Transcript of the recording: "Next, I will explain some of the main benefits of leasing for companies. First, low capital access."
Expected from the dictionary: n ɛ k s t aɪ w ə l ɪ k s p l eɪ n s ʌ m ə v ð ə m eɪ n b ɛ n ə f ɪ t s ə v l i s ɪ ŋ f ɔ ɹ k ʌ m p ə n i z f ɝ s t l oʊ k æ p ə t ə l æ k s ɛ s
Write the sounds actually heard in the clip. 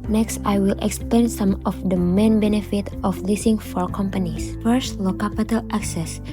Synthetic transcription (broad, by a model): n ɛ k s t aɪ w ə l ɪ k s p l eɪ n s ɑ m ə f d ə m eɪ n b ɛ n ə f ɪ t ə f l i s ɪ ŋ f ɔ ɹ k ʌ m p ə n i s f ɝ s t l oʊ k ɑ p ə t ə l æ k s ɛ s